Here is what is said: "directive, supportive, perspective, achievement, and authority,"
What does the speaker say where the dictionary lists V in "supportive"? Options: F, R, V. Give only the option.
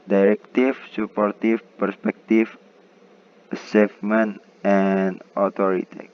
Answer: F